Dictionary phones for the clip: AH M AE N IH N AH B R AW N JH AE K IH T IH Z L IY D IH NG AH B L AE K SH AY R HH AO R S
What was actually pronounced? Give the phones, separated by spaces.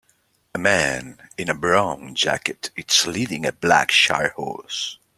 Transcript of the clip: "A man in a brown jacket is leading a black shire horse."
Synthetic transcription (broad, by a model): AH M AE N IH N AH B R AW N JH AE K IH T IH S L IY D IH NG AH B L AE K SH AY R HH AO R S